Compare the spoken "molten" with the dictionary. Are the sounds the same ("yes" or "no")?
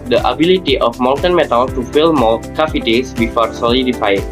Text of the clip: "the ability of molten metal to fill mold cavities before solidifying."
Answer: no